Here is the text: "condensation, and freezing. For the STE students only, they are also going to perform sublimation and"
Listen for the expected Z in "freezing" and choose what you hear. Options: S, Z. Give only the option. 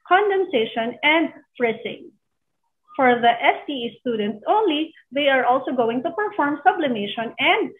S